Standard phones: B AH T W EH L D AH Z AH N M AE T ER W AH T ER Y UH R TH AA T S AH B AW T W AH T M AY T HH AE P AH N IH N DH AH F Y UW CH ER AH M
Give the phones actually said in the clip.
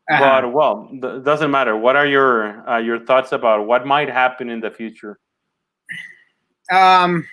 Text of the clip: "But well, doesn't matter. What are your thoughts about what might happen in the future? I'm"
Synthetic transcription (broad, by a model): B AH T W EH L D AH Z AH N M AE T ER W AH T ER Y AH R TH AA T S AH B AW T W AH T M AY T HH AE P AH N IH N DH AH F Y UW CH ER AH M